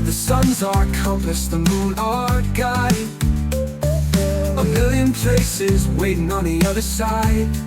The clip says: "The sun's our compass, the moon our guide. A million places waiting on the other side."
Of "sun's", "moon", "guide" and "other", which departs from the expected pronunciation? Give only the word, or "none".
guide